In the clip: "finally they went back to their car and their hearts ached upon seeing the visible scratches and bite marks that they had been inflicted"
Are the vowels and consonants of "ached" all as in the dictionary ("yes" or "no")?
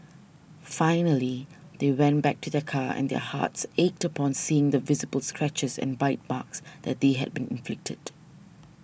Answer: yes